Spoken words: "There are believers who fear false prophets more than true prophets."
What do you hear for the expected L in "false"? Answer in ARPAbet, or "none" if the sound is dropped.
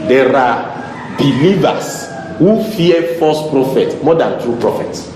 none